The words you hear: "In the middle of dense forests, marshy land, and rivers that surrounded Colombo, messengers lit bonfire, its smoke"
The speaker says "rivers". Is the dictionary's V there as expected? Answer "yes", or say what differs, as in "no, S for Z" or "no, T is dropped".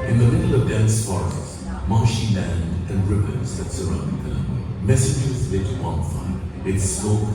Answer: no, P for V